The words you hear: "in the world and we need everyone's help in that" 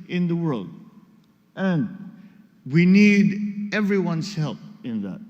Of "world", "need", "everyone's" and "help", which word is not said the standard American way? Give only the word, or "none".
everyone's